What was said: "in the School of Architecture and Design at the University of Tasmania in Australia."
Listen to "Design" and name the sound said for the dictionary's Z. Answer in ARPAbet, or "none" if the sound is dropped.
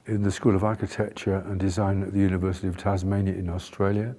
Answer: Z